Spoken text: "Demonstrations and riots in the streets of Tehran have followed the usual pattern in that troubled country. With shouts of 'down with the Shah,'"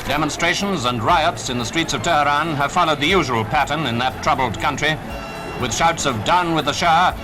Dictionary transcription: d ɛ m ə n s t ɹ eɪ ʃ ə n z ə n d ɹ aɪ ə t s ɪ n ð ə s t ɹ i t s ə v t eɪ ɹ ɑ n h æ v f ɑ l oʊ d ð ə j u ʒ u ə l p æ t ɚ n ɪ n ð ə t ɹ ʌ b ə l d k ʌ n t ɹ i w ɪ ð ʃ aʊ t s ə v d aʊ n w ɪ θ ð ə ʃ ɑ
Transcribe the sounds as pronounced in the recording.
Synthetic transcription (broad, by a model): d ɛ m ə n s t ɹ eɪ ʃ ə n z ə n ɹ aɪ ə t s ɪ n ð ə s t ɹ i t s ə v t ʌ ɹ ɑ n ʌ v f ɑ l oʊ d ð ə j u ʒ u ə l p æ t ɚ n ɪ n ð ə t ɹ ʌ b l d k ʌ n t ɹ i w ɪ ð ʃ aʊ t s ə v d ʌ n w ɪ ð ə ʃ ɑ